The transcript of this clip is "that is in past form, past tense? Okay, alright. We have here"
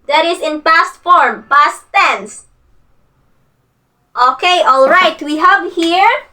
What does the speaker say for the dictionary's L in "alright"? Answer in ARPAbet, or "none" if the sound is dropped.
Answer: L